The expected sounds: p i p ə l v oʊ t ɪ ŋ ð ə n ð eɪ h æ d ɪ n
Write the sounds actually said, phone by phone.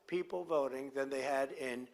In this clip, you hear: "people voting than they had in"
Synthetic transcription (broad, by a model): p i p l v oʊ t ɪ ŋ ð ə n ð eɪ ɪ d ɪ n